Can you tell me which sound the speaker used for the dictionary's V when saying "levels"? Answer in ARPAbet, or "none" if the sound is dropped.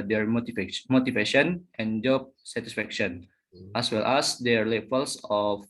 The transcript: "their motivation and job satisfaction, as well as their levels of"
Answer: F